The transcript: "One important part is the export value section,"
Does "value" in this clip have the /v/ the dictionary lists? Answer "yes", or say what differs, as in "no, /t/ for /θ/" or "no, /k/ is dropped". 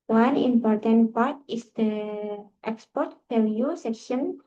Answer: no, /p/ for /v/